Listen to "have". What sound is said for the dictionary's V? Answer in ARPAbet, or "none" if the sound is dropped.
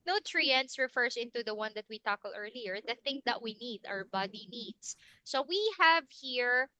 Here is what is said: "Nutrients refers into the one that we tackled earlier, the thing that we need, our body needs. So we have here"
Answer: V